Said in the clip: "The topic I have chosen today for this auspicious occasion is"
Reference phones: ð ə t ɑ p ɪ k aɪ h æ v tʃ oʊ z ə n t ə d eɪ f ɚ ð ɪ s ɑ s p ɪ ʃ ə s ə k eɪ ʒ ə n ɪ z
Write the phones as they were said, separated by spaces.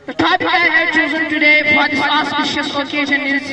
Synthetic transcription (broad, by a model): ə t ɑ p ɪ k aɪ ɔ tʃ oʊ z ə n t ə d eɪ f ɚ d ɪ ɑ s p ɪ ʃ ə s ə k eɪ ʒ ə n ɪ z